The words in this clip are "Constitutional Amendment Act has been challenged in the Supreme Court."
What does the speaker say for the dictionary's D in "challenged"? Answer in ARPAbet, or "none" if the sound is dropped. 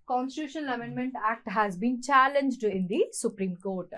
D